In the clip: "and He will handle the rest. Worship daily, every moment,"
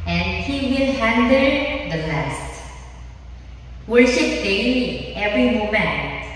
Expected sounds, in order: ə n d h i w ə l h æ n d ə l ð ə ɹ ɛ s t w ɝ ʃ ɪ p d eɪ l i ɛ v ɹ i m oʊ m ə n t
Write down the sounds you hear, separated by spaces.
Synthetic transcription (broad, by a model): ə n d h i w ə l h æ n d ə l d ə l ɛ s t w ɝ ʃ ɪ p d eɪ i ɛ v ɹ i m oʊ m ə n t